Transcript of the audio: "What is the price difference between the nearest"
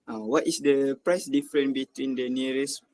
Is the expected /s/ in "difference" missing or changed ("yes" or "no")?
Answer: yes